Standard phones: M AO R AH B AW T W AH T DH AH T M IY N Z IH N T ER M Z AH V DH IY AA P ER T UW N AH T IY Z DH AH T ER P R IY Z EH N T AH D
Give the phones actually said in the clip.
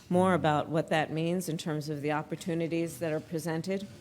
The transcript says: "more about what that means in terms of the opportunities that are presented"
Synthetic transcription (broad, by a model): M AO R AH B AW T W AH T DH AH T M IY N Z IH N T ER M Z AH V DH IY AA P ER T UW N AH T IY Z DH AH T ER P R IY Z EH N T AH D